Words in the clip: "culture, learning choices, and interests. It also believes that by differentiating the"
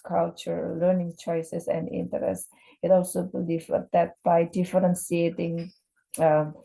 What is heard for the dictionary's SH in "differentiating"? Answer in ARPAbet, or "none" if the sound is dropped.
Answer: S